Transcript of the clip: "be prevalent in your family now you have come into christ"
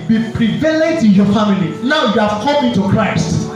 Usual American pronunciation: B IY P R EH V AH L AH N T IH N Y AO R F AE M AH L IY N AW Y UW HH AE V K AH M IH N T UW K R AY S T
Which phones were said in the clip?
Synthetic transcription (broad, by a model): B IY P R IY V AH L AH T IH N Y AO F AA M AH L IY N AW Y UW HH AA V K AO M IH T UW K R AY S T